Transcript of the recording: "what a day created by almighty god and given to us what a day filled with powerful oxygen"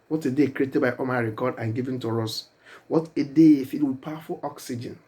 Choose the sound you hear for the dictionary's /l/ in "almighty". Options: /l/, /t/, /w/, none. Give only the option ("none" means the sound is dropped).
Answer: none